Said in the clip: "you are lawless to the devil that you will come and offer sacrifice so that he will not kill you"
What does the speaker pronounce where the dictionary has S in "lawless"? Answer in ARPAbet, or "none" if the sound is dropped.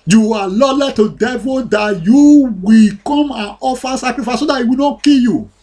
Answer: none